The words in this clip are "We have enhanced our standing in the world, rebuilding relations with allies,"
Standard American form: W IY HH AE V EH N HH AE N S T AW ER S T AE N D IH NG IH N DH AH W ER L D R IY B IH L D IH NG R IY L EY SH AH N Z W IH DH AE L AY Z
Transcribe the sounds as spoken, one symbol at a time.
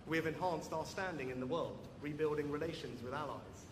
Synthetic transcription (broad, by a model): W IY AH V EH N HH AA N S T AW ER S T AE N D IH NG IH N DH AH W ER L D R IY B IH L D IH NG R IY L EY SH AH N Z W IH DH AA L AY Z